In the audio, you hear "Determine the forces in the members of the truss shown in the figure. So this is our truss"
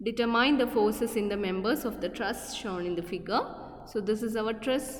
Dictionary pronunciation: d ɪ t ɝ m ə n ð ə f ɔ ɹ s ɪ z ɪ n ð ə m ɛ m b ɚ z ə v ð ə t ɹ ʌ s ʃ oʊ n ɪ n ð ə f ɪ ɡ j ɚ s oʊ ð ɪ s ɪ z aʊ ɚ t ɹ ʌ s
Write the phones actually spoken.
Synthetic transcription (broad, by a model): d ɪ t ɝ m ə n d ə f ɔ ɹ s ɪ s ɪ n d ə m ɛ m b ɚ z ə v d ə t ɹ ʌ s ʃ oʊ n ɪ n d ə f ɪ ɡ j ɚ s oʊ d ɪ s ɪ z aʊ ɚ t ɹ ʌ s